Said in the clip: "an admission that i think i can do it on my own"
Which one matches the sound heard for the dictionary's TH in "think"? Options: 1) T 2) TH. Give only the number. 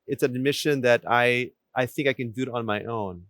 2